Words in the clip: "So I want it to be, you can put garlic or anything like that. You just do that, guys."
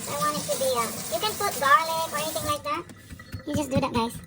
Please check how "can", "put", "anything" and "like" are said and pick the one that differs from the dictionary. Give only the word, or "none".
anything